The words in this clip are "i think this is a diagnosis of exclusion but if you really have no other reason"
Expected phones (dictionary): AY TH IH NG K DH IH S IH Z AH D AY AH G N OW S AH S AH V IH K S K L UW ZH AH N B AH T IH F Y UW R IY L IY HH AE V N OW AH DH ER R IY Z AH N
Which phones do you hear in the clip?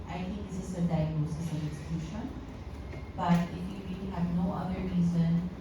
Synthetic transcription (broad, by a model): AY T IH NG K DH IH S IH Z AH D AY AH G N OW S AH S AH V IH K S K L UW SH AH N B AH T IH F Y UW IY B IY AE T N OW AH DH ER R IY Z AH N